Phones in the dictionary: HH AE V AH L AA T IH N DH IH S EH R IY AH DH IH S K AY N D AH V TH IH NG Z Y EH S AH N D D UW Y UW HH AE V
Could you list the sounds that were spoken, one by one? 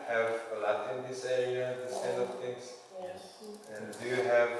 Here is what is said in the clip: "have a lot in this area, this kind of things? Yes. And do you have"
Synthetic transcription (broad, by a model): HH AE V AH L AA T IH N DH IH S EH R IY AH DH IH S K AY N AH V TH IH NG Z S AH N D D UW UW HH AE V